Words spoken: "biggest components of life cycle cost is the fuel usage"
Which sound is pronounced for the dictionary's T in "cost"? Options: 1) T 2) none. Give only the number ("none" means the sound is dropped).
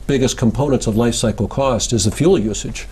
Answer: 1